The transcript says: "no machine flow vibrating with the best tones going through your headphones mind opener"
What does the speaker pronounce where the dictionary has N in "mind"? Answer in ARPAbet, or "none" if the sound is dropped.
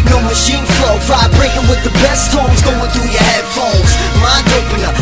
none